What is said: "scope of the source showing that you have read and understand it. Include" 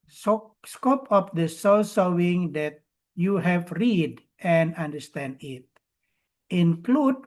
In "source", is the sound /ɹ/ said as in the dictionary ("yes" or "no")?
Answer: no